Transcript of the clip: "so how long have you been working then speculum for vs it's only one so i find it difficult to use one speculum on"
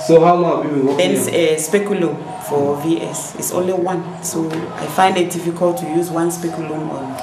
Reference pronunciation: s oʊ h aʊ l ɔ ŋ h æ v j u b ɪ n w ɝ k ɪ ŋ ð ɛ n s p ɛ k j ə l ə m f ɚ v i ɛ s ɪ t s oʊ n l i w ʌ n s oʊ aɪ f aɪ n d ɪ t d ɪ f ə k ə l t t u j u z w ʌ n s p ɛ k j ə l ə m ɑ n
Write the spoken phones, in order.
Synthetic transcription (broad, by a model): s oʊ h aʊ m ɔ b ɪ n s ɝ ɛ s p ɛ k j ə l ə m f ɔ v i ɛ s ɪ t s oʊ n l i w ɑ n s oʊ aɪ f aɪ n d ɪ t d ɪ f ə k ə l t t u j u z w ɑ n s p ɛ k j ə l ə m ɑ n